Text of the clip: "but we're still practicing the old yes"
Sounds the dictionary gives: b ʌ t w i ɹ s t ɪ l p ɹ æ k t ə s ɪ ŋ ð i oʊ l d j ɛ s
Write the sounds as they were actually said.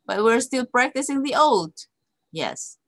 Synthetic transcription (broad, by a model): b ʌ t w i ɹ s t ɪ l p ɹ æ k t ə s ɪ ŋ ð i oʊ l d j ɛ s